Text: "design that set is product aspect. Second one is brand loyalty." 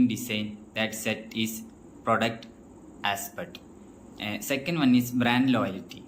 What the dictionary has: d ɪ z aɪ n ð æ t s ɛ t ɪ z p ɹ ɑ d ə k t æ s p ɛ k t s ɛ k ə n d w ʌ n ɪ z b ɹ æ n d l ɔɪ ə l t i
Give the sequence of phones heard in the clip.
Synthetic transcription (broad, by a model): d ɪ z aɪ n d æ t s ɛ t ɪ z p ɹ ɑ d ə k t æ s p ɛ t s ɛ k ə n d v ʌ n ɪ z b ɹ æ n d l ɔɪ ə l t i